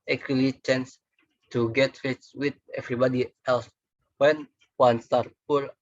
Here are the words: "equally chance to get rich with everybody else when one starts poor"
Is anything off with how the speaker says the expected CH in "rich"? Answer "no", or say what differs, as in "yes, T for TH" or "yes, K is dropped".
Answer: yes, S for CH